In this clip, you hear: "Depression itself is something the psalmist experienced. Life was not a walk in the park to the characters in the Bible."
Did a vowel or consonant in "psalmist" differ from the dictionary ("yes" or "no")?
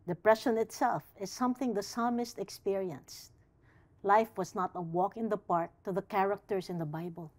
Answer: no